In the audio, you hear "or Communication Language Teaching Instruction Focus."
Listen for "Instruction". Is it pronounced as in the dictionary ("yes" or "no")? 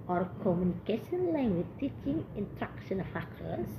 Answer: no